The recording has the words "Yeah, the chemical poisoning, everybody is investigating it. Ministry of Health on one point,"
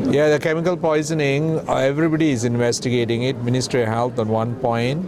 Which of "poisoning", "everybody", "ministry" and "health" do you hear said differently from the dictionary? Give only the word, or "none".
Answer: health